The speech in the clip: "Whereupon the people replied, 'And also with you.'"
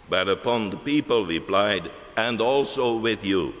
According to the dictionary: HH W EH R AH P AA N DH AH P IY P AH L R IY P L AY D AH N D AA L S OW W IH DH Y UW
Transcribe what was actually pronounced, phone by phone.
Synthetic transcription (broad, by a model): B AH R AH P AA N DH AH P IY P AH L R IY P L AY D AH N D AA L S OW W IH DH Y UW